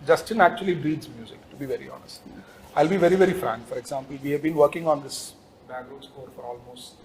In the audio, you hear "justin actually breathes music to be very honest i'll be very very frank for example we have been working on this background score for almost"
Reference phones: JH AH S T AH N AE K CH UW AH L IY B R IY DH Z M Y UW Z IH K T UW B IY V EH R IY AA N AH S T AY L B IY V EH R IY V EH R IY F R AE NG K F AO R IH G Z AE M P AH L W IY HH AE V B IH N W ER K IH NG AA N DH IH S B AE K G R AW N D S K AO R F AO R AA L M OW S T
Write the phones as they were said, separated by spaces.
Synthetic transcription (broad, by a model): JH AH S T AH N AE K CH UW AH L IY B R IY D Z M Y UW Z IH K T UW B IY V EH R IY AA N AH S T AY L B IY V EH R IY V EH R IY F R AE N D F AO R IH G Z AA M P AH L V IY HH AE V B IH N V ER K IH NG AA N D IH S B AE G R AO D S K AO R F AO R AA L M OW S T